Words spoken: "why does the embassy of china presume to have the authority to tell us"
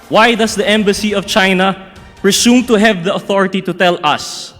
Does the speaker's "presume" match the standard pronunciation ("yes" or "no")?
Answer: no